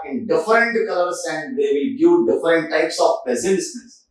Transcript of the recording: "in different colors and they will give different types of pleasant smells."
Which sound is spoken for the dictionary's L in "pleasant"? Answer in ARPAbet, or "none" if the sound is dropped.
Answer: none